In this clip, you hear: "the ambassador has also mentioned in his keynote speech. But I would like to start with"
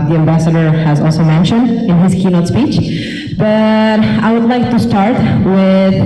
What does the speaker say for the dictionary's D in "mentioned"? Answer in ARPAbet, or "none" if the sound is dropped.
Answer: D